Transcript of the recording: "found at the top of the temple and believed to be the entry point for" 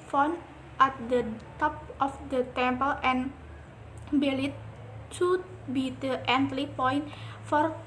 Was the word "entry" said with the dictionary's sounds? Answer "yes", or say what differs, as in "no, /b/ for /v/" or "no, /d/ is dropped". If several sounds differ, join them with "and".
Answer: no, /l/ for /ɹ/